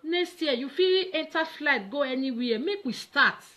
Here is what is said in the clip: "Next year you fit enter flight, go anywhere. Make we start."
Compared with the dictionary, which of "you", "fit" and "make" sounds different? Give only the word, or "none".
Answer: fit